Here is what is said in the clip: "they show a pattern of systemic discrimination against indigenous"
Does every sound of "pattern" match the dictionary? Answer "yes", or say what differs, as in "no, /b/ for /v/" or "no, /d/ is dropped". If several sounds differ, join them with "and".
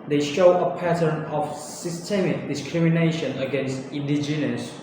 yes